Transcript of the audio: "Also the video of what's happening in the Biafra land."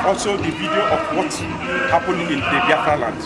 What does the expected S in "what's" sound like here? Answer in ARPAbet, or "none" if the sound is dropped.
none